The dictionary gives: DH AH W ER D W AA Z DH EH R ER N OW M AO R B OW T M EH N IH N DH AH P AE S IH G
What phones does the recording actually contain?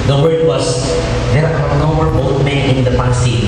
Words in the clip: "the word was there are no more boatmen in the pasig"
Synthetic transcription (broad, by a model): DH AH W ER D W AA S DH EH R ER N OW M AO R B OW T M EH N IH N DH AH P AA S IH